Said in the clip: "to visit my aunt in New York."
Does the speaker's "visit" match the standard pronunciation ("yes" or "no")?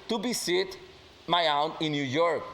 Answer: no